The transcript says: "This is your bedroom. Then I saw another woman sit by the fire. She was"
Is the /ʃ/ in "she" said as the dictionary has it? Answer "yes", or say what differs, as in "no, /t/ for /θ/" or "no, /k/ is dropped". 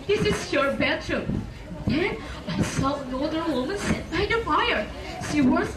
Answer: no, /s/ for /ʃ/